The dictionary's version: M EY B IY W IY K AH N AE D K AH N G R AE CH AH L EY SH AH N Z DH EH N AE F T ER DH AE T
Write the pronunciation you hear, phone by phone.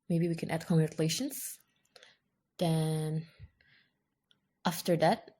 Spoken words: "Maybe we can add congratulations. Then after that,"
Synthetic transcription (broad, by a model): M EY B IY W IY K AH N AE D K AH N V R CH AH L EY SH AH N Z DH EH N AE F T ER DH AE T